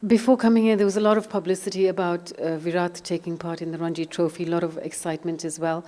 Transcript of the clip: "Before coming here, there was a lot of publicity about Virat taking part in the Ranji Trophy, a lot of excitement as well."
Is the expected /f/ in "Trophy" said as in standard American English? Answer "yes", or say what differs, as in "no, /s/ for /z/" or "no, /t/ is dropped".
yes